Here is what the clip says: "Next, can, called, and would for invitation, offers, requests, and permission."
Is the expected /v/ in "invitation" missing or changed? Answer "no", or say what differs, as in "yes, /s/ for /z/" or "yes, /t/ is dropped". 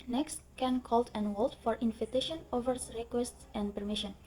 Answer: yes, /f/ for /v/